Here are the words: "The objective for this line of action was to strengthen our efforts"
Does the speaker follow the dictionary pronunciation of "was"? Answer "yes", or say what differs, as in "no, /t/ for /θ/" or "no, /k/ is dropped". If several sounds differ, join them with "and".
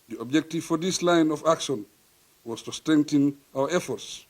no, /s/ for /z/